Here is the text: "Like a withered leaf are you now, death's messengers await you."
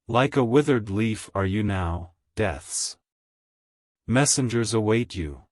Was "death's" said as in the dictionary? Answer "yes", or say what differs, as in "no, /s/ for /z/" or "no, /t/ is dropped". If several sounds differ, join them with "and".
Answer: yes